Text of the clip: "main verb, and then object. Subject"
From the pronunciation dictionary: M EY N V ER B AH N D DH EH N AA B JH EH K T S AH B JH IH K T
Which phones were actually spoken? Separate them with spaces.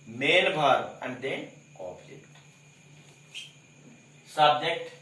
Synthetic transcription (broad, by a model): M EY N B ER AH N D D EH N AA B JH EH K T S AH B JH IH K T